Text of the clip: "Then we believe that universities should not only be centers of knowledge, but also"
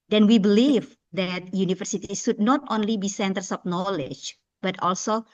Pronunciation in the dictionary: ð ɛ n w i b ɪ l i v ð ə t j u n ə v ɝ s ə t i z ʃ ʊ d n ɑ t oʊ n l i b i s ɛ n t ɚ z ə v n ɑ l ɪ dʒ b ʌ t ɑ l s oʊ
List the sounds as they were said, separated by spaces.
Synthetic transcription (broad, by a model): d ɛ n w i b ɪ l i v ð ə t j u n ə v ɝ s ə t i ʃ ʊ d n ɑ t oʊ n l i b i s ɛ n t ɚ s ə p n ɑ l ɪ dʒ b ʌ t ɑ l s oʊ